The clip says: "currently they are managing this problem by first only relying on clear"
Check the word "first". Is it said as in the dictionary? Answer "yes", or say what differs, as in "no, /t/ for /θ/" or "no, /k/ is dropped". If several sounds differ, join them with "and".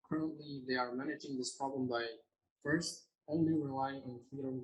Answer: yes